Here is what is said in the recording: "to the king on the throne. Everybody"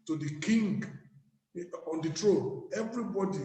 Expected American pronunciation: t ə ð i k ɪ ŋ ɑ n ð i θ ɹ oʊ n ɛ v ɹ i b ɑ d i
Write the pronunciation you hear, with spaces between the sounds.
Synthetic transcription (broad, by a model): t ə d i k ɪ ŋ ɑ n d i t ɹ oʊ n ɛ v ɹ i b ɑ d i